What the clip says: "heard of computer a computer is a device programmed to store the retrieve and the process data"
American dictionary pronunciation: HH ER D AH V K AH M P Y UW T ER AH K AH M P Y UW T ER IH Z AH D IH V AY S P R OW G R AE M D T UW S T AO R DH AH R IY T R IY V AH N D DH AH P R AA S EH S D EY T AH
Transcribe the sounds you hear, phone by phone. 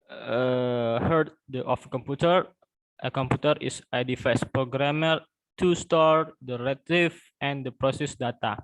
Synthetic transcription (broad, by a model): HH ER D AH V K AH M P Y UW T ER AH K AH M P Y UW T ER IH S AH D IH F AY S P R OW G R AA M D T UW S T AO R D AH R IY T IY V AH N D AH P R AA S EH S D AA T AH